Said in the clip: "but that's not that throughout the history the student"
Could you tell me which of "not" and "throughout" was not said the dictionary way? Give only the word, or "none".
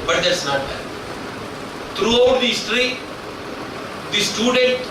throughout